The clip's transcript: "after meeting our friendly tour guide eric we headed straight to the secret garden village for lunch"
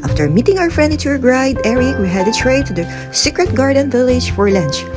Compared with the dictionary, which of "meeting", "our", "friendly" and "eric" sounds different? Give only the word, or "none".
friendly